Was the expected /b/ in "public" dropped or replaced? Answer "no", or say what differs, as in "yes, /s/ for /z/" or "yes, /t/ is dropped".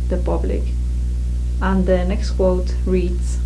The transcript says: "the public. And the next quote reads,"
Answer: no